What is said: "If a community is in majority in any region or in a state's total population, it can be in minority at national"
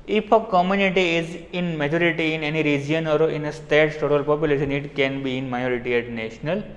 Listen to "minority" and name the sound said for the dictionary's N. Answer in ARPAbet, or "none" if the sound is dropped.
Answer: none